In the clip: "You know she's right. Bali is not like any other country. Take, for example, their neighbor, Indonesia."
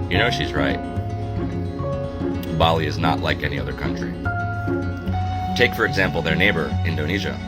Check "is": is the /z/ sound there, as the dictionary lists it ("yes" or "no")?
yes